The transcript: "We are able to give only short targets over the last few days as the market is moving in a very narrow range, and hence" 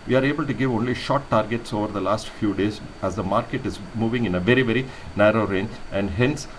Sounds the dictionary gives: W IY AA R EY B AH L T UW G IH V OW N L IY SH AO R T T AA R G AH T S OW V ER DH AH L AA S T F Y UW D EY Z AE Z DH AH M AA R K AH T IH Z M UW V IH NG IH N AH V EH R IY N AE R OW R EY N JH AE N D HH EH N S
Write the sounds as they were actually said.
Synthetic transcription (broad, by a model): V IY AA R EY B AH L T UW G IH V OW N L IY SH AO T T AA R G AH T S OW V ER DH AH L AA S T F Y UW D EY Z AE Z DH AH M AA R K AH T IH Z M UW V IH NG IH N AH V EH R IY N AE R OW R EY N AE N D HH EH N S